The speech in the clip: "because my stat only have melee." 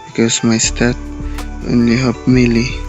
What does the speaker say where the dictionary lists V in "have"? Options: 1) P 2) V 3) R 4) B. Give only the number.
1